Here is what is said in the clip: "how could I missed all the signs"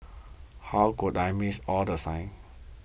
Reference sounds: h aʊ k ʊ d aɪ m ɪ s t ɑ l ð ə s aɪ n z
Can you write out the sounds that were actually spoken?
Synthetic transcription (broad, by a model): h aʊ k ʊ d aɪ m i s ɑ l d ə s aɪ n